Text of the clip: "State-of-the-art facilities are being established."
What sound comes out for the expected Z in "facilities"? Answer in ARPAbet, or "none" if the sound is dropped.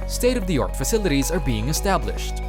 Z